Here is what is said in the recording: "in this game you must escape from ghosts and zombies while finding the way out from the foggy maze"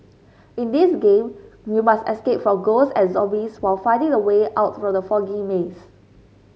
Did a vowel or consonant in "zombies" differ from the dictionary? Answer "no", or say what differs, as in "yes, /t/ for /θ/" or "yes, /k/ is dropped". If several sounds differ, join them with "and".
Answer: yes, /m/ is dropped and /s/ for /z/